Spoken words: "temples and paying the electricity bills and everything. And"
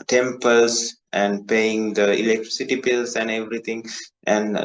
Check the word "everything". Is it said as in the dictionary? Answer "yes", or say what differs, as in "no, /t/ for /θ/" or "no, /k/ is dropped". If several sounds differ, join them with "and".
no, /t/ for /θ/